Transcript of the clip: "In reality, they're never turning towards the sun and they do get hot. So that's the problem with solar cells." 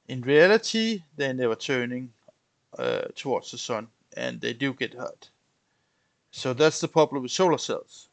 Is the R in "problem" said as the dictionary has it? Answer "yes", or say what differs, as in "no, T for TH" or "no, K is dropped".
no, R is dropped